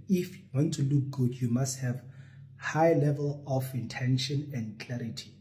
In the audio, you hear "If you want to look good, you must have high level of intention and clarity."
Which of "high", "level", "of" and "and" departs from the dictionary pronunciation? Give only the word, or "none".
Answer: of